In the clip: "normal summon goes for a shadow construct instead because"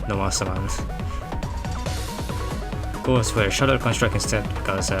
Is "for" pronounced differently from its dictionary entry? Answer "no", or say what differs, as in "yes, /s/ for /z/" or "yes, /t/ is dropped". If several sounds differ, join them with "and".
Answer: yes, /w/ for /ɹ/